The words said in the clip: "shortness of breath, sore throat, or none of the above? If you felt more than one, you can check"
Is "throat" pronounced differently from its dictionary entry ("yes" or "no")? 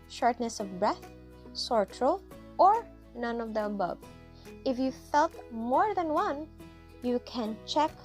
yes